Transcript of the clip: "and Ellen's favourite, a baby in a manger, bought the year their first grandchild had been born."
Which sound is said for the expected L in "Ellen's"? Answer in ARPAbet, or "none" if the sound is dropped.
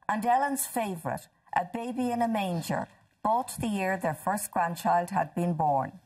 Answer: L